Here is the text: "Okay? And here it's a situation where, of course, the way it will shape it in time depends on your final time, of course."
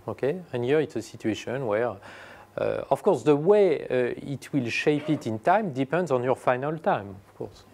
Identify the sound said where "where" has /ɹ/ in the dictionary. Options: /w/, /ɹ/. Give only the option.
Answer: /ɹ/